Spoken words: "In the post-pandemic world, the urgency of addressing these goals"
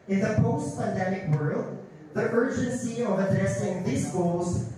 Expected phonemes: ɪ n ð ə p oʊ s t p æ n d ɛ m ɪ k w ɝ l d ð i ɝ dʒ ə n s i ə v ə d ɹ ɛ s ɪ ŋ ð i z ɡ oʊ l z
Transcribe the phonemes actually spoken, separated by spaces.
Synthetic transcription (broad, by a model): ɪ n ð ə p oʊ s t p æ n d ɛ m ɪ k w ɝ l d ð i ɝ dʒ ə n s i ə v ə d ɹ ɛ s ɪ ŋ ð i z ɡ oʊ l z